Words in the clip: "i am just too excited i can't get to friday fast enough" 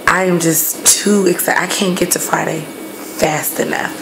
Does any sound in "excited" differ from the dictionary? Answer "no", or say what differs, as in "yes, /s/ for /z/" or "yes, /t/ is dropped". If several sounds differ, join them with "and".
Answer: yes, /d/ is dropped